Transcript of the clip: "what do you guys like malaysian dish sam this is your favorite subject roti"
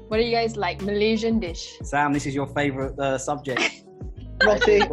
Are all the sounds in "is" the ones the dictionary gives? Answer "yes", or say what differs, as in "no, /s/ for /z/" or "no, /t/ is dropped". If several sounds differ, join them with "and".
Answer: yes